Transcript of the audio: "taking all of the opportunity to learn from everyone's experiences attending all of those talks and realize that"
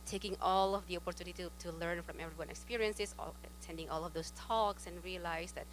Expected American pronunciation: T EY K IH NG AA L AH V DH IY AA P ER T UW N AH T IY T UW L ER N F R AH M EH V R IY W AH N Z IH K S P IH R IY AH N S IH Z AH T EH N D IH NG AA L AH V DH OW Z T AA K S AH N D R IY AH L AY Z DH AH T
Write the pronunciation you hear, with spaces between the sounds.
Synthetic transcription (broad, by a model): T EY K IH NG AA L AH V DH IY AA P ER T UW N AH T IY T UW L ER N F R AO M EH V R IY W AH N IH K S P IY R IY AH N S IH S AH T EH N D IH NG AA L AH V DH OW S T AA K S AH N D R IY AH L AY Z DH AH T